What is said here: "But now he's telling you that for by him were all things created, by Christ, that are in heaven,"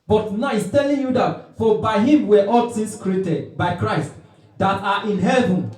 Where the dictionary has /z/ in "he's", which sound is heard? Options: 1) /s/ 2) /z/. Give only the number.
1